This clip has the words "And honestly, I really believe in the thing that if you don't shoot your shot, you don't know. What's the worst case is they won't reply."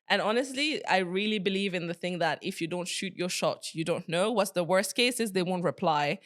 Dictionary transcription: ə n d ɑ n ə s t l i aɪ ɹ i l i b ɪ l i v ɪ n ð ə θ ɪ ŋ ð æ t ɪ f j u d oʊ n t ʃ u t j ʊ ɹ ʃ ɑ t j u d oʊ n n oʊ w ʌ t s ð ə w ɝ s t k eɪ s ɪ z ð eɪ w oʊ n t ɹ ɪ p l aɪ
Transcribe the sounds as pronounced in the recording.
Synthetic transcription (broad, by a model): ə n ɑ n ə s t l i aɪ ɹ i l i b ɪ l i v ɪ n ð ə θ ɪ ŋ ð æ t ɪ f j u d oʊ n t ʃ u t j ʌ ɹ ʃ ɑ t j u d oʊ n n oʊ w ʌ t s ð ə w ɝ s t k eɪ s ɪ z ð eɪ w oʊ n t ɹ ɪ p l aɪ